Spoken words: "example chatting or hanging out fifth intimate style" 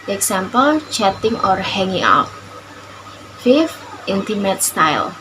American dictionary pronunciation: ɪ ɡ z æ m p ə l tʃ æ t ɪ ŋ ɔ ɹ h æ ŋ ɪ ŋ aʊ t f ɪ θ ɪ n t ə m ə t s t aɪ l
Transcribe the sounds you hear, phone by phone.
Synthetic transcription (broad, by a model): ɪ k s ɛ m p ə l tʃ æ t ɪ ŋ ɔ ɹ h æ ŋ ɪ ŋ aʊ t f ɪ f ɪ n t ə m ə t s t aɪ l